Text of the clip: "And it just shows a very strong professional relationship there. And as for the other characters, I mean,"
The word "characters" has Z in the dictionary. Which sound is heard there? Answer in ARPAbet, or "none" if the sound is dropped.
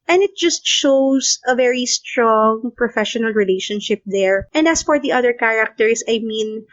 S